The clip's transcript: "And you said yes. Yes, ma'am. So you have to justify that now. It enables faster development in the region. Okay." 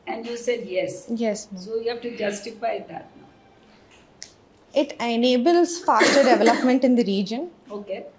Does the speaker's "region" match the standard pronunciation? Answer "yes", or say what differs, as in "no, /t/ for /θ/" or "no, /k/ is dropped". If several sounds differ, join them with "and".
yes